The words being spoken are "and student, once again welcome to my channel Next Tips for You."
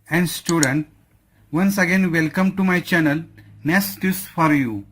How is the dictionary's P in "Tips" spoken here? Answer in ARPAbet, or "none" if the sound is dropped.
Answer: none